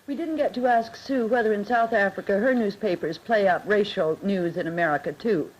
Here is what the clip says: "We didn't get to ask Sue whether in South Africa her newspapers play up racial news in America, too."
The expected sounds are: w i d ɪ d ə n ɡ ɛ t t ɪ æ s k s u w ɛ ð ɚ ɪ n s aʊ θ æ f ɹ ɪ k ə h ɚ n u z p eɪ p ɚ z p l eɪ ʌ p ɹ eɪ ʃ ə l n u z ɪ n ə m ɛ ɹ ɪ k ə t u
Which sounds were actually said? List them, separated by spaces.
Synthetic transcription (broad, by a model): w i d ɪ d n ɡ ɛ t t ɪ æ s k s u w ɛ ð ɚ ɪ n s aʊ θ æ f ɹ ɪ k ə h ɚ n u z p eɪ p ɚ z p l eɪ ʌ p ɹ eɪ ʃ l n u z ɪ n ə m ɛ ɹ ɪ k ə t u